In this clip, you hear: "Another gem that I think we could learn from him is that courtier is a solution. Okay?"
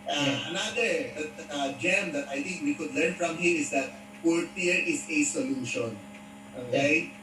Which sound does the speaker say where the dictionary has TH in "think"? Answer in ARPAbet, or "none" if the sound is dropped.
T